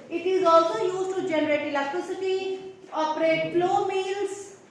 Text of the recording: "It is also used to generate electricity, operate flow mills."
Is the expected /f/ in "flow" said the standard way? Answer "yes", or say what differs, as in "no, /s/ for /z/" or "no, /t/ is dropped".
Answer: no, /p/ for /f/